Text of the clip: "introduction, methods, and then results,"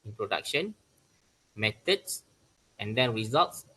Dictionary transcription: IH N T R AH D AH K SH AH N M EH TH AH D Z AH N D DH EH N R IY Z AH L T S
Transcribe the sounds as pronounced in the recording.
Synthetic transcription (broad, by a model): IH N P R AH D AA K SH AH N M EH T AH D S AH N D EH N R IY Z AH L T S